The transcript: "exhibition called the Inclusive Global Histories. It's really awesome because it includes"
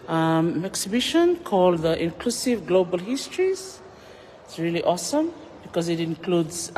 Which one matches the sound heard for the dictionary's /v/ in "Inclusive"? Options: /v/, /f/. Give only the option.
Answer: /v/